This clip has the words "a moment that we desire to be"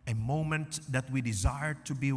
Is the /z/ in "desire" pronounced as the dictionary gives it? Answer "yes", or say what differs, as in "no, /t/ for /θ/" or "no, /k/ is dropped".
yes